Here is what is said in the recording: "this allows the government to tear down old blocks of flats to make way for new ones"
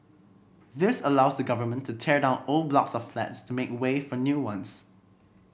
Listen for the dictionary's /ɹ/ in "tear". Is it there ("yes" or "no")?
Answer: yes